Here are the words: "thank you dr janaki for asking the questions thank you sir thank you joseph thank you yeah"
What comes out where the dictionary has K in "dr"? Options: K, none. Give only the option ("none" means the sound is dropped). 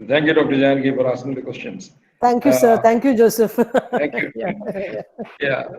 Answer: K